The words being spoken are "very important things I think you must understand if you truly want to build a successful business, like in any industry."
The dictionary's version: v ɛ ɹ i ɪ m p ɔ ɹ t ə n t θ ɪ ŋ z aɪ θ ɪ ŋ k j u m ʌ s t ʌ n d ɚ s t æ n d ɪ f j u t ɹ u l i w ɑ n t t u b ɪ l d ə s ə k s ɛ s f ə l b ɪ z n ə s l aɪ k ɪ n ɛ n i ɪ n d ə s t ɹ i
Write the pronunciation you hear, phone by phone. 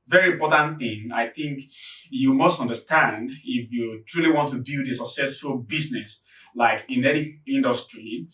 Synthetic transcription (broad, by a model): v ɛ ɹ i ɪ m p ɔ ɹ t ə n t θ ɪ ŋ aɪ θ ɪ ŋ k j u m ʌ s t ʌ n d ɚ s t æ n d ɪ f j u t ɹ u l i w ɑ n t t u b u d ə s ə k s ɛ s f ə l b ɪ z n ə s l aɪ k ɪ n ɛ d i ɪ n d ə s t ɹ i